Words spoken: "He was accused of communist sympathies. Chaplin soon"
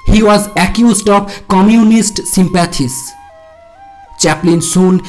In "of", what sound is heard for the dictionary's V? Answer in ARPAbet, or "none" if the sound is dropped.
B